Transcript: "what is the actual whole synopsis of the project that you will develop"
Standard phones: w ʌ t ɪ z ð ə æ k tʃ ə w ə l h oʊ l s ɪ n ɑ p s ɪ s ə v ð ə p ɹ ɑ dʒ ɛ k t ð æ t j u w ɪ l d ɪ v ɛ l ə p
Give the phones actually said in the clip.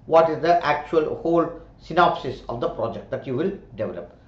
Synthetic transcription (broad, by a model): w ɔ t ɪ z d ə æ k tʃ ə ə l h oʊ l s ɪ n ɑ p s ɪ s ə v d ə p ɹ ɑ dʒ ɛ k t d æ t j u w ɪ l d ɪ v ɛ l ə p